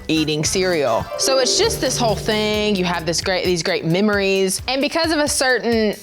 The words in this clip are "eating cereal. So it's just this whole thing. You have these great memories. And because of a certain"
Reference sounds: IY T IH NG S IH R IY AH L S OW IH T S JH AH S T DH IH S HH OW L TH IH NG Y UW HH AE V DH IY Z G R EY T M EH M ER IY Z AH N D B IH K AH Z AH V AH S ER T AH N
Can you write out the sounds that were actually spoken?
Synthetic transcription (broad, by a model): IY T IH NG S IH R IY L S OW IH T S JH AH S T DH IH S HH OW L TH IH NG Y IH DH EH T DH IY Z G R EY T M EH M ER IY Z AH N B IH K AH Z AH V AH S ER T N